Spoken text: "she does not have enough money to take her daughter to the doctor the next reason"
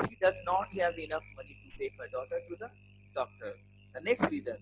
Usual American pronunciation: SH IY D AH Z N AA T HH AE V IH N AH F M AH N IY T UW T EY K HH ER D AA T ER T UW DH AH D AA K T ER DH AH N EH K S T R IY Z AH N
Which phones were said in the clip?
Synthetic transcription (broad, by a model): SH IY D AH Z N AA T HH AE V IH N AH F M AH N IY T UW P EY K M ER D AA T ER T UW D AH D AA K T ER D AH N EH K S T R IY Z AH N